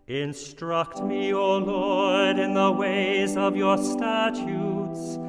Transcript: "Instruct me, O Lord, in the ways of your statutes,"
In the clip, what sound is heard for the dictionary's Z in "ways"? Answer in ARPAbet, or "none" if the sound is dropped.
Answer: Z